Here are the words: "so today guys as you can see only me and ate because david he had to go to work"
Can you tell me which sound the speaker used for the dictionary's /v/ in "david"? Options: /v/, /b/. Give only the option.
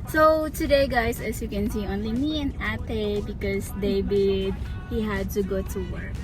/b/